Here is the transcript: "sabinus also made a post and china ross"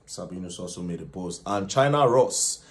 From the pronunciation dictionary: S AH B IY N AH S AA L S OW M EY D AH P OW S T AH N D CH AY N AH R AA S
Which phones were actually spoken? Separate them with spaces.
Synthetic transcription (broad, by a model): S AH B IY N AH S AA L S OW M EY D AH B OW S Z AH N CH AY N AH R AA S